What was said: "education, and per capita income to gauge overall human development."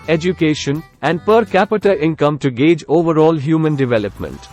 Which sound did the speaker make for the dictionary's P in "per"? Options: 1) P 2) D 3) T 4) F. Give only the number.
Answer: 1